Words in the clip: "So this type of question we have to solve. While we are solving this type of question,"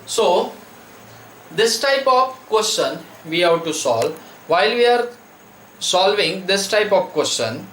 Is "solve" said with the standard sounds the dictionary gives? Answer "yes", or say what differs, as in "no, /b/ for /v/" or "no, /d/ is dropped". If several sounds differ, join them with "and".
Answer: yes